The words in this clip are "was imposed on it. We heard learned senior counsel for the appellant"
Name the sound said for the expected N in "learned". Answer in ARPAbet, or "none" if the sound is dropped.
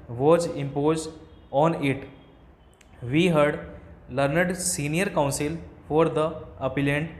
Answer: N